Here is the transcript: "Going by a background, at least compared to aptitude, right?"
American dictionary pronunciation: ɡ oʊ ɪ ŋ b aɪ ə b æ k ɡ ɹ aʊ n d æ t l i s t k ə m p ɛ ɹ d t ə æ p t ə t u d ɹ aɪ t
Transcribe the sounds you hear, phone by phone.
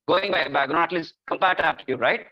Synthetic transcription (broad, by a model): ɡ oʊ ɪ ŋ b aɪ ə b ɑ ɡ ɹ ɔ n æ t l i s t k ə m p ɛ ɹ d t ə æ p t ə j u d ɹ aɪ t